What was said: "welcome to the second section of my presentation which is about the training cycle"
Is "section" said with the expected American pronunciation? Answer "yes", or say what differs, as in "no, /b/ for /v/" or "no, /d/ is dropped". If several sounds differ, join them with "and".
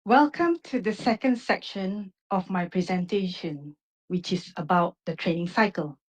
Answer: yes